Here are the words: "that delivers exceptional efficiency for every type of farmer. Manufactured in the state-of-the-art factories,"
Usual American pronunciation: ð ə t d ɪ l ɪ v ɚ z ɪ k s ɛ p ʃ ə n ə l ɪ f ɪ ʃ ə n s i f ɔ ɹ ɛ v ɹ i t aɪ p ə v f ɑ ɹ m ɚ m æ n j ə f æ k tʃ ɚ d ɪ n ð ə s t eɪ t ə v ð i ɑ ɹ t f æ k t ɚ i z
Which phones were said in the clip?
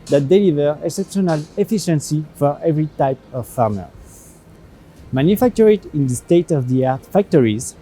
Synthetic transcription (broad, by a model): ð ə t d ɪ l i v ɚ ɪ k s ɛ p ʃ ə n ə l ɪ f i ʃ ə n s i f ɔ ɹ ɛ v ɹ i t aɪ p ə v f ɑ ɹ m ɚ m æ n j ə f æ k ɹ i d ɪ n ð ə s t eɪ t ə v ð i ɑ ɹ t f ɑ k t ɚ i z